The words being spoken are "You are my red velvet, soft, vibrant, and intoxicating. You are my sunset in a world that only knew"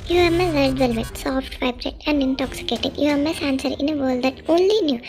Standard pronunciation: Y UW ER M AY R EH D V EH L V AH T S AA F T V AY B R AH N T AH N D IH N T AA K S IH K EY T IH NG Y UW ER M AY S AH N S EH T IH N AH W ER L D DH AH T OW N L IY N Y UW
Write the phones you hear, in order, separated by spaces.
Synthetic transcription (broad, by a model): Y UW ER M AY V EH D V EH L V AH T S AA F T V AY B R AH T AH N D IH N T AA K S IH K EY T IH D Y UW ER M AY S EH N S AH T IH N AH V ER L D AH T OW N L IY N Y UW